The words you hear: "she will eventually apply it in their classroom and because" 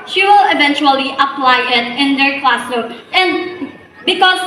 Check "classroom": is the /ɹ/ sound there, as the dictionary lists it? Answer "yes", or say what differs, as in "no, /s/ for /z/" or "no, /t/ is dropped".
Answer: no, /ɹ/ is dropped